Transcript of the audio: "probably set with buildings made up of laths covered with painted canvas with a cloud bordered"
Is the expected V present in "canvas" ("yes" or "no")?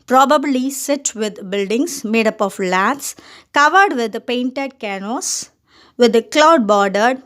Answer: no